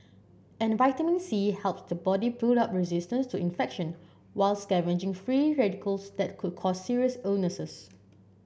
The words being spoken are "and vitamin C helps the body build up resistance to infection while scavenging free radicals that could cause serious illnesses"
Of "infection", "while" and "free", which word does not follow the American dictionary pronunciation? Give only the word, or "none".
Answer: none